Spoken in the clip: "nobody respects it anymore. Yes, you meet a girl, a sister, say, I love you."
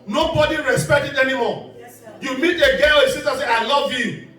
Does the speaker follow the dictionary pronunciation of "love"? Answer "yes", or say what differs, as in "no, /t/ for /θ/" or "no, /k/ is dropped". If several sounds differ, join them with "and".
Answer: yes